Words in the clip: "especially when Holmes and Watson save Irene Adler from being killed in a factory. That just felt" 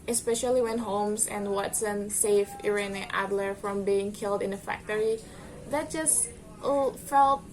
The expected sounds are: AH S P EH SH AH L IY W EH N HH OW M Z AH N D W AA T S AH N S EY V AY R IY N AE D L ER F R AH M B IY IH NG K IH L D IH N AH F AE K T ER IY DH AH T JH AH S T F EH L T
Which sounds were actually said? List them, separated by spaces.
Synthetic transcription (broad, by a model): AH S P EH SH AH L IY W EH N HH OW M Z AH N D W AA T S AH N S EY F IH R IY N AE D L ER F R AH M B IY IH NG K IH L D IH N AH F AE K T ER IY DH AH T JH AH S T F EH L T